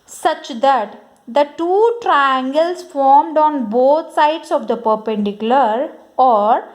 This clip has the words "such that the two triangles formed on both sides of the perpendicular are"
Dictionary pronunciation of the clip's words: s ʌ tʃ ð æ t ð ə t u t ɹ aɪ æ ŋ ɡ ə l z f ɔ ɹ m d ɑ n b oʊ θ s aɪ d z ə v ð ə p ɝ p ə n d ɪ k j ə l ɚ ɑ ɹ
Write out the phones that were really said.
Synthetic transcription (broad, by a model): s ʌ tʃ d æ t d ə t u t ɹ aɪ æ ŋ ɡ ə l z f ɔ ɹ m d ɑ n b oʊ t s aɪ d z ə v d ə p ɝ p ə n d ɪ k j ə l ɚ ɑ ɹ